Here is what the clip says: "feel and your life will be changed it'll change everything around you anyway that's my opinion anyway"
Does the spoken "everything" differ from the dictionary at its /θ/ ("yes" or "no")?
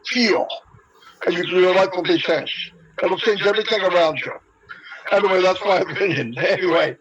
no